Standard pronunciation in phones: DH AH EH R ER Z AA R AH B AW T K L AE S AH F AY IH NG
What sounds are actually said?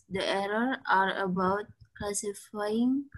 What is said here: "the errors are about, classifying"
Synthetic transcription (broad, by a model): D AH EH R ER AA R AH B AW T K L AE S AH F AY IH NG